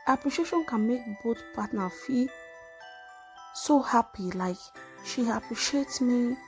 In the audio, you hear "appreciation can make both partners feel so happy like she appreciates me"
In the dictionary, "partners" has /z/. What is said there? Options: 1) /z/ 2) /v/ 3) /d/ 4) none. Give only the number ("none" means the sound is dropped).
4